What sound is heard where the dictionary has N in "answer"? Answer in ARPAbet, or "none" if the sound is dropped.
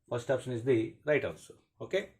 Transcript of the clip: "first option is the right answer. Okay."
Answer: L